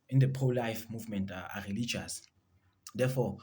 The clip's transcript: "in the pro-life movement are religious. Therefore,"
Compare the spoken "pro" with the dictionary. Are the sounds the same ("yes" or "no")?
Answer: no